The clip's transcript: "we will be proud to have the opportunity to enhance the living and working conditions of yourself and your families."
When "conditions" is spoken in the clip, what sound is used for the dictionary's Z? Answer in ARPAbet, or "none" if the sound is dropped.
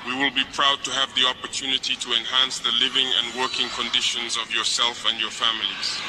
Z